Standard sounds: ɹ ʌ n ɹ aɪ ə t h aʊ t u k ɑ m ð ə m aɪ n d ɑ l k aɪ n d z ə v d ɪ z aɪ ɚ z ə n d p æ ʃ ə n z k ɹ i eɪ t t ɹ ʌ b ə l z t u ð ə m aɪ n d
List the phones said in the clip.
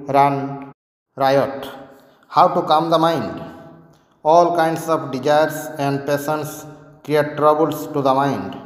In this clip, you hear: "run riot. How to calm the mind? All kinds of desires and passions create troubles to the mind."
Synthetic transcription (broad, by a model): ɹ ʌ n ɹ aɪ ə t h aʊ t u k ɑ m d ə m aɪ n d ɑ l k aɪ n d s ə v d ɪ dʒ aɪ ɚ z ə n d p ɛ s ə n s k ɹ i eɪ t t ɹ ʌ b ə l s t u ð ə m aɪ n d